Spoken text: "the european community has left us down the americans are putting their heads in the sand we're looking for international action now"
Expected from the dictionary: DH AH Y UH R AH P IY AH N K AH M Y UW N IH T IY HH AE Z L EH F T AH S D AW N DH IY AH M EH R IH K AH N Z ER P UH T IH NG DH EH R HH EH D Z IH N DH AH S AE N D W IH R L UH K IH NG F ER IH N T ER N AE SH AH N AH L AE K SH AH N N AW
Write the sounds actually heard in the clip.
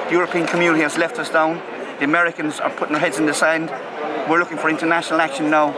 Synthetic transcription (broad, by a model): DH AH Y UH R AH P IY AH N K AH M Y UW N IH T IY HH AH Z L EH F T AH S D AW N DH IY AH M EH R IH K AH N Z ER P UH T IH NG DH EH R HH EH D Z IH N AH S AE N D W IH R L UH K IH NG F ER IH N T ER N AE SH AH N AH L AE K SH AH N N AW